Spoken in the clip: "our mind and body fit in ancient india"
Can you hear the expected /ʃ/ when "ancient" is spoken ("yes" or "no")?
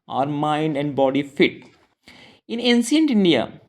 no